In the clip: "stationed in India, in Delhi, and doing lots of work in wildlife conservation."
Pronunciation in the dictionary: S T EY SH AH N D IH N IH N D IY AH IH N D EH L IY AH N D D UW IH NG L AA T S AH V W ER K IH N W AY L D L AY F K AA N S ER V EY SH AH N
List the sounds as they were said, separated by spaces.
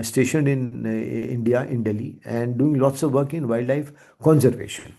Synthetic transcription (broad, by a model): S T EY SH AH N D IH N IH N D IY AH IH N D EH L IY AH N D D UW IH NG L AA T S AH V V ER K IH N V AY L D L AY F K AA N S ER V EY SH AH N